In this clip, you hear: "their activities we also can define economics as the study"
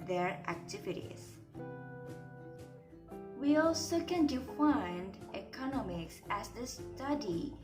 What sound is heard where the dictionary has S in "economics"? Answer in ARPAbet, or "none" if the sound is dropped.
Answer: S